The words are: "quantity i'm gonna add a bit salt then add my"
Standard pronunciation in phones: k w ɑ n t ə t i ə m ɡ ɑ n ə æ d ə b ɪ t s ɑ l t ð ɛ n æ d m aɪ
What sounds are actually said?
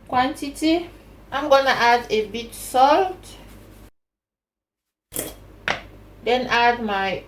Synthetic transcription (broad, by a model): k w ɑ n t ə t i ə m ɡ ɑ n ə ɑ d ə b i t s ɑ l t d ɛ n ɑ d m aɪ